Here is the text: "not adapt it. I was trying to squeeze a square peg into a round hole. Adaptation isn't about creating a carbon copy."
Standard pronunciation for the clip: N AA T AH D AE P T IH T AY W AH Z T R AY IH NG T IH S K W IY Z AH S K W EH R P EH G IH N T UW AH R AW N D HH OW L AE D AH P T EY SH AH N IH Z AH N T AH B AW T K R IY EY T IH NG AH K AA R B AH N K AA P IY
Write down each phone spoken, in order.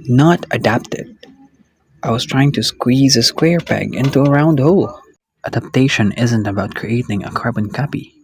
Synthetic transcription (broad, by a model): N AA T AH D AE P T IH T AY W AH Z T R AY IH NG T IH S K W IY Z AH S K W EH R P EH G IH N T UW AH R AW N D HH OW L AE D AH P T EY SH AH N IH Z AH N T AH B AW T K R IY EY T IH NG AH K AA R B AH N K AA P IY